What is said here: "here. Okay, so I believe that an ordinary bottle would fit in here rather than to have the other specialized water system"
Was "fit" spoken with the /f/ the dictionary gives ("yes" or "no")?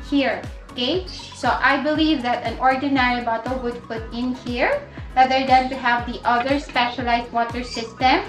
no